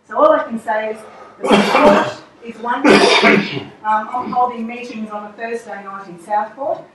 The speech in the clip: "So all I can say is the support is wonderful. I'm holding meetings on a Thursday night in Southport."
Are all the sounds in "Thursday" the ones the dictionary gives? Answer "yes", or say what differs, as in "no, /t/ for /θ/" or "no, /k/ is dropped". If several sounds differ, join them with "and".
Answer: no, /f/ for /θ/ and /s/ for /z/